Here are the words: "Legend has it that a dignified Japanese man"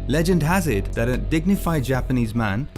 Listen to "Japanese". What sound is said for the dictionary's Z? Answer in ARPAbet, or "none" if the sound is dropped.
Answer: Z